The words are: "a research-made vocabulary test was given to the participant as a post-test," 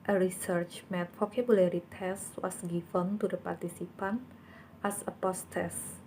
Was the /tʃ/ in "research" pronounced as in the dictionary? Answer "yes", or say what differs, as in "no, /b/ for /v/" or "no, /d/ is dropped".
yes